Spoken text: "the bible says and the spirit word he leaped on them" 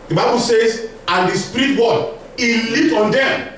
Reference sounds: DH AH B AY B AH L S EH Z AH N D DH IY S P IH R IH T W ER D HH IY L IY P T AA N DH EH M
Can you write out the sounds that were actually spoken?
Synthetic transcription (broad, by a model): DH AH B AY B AH L S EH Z AH N D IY S P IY R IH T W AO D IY L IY T AA N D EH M